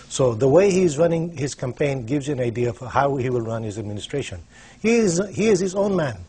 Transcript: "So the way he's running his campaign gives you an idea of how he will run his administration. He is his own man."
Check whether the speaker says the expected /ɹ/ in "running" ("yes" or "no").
yes